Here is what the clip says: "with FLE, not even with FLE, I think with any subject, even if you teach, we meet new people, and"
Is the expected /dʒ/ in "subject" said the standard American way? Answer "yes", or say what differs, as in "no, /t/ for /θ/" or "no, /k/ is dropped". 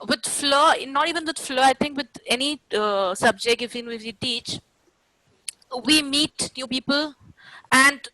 yes